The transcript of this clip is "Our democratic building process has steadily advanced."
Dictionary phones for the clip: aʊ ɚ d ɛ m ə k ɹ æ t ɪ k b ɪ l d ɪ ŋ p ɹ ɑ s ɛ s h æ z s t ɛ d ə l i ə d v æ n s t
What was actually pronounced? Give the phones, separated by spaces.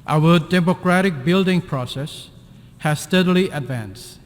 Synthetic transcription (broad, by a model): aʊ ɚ d ɛ m ə k ɹ æ t ɪ k b ɪ l d ɪ ŋ p ɹ ɑ s ɛ s h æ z s t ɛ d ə l i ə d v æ n s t